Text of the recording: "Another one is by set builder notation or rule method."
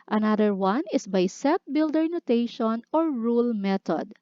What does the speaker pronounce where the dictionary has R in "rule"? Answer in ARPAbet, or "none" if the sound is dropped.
R